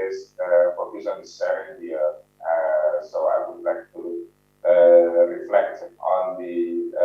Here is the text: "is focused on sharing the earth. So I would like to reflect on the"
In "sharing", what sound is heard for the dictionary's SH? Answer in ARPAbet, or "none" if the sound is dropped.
S